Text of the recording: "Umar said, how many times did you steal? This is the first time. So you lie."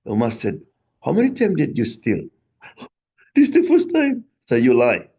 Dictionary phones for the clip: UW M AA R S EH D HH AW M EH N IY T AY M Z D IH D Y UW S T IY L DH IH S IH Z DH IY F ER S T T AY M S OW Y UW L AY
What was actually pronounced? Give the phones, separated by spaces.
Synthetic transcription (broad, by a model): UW M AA S EH D HH AW M EH N IY T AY M D IH D Y UW S T IY L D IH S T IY F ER S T T AY M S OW Y UW L AY